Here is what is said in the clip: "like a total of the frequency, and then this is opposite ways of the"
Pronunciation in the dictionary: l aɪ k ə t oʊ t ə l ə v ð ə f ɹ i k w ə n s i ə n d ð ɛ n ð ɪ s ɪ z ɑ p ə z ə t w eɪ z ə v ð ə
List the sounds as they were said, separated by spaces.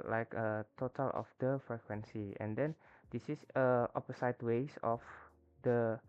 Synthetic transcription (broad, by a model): l aɪ k ə t oʊ t ə l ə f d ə f ɹ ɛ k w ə n s i ə n d ɛ n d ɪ s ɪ s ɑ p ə s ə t w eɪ s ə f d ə